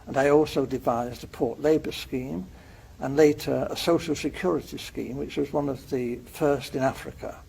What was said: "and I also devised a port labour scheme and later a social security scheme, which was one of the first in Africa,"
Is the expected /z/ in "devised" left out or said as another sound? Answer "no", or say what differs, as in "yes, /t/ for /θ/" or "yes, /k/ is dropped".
no